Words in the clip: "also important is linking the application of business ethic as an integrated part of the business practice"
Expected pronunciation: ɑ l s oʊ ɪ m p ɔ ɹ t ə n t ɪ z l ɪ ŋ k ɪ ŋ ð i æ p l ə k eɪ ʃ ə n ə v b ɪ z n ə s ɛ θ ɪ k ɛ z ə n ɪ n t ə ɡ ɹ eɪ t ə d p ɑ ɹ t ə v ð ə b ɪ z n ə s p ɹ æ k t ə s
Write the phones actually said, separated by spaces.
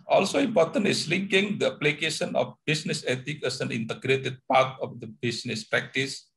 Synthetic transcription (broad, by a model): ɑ l s oʊ ɪ m p ɔ ɹ t ə n t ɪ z l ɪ ŋ k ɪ ŋ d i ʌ p l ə k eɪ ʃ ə n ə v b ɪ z n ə s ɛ t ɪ k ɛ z ə n ɪ n t ə ɡ ɹ eɪ t ə d p ɑ ɹ t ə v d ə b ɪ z n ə s p ɹ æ k t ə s